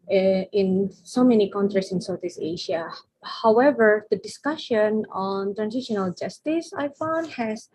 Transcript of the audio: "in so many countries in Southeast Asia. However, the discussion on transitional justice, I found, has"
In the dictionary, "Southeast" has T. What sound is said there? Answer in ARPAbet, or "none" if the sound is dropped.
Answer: none